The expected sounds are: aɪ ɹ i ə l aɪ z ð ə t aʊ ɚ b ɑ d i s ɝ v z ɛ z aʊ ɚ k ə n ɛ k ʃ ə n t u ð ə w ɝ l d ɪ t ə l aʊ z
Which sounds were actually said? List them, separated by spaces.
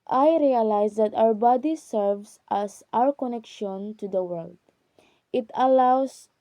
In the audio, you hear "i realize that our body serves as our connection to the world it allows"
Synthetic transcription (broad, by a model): aɪ ɹ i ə l aɪ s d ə t aʊ ɚ b ɑ d i s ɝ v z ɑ s aʊ ɚ k ə n ɛ k ʃ ə n t u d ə w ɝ l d ɪ t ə l aʊ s